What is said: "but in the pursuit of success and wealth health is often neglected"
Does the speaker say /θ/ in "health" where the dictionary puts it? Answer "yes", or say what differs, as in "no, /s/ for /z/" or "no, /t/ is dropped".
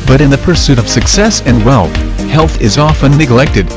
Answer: yes